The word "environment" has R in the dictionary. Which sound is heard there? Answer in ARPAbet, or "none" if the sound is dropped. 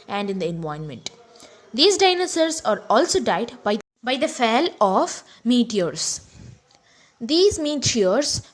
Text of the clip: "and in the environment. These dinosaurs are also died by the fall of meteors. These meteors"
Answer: none